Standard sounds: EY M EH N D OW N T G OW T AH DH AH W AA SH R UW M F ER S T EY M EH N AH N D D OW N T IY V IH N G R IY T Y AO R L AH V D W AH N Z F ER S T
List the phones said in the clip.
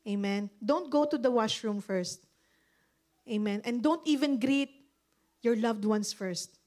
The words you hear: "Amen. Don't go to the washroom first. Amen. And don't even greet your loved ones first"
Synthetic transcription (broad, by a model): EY M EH N D OW N T G OW T AH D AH W AA SH R UW M F ER S T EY M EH N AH N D D OW N T IY V IH N G R IY T Y AO R L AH V D W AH N S F ER S T